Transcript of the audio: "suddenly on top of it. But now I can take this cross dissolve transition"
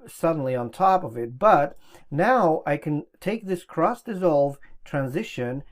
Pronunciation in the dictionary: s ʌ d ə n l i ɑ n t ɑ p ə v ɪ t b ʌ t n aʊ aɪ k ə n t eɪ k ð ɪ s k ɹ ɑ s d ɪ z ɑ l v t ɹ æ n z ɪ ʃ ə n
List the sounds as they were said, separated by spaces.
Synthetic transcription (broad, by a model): s ʌ d n l i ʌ n t ɑ p ə v ɪ t b ʌ t n aʊ aɪ k ə n t eɪ k ð ɪ s k ɹ ɑ s d ɪ z ɑ l v t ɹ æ n z ɪ ʃ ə n